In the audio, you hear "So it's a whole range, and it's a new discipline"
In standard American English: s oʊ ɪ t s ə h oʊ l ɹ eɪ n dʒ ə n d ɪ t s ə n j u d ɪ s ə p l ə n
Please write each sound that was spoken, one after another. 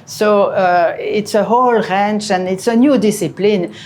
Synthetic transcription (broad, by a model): s oʊ ɪ t s ə h oʊ l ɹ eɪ n tʃ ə n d ɪ t s ə n j u d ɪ s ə p l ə n